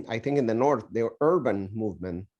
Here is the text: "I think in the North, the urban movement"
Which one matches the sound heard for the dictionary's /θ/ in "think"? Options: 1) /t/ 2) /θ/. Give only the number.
2